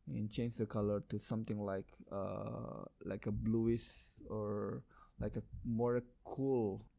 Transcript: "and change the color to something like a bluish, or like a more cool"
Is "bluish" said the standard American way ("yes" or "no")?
no